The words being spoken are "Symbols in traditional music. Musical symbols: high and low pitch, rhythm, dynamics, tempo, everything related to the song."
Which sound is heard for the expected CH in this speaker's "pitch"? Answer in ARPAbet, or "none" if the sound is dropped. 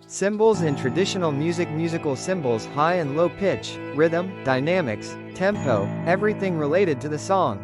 CH